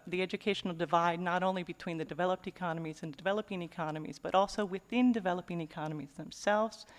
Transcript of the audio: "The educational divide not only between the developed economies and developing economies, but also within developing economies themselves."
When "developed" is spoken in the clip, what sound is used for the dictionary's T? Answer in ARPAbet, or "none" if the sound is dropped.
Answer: T